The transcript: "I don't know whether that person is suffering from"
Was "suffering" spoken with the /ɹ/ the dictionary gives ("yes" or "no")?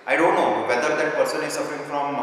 yes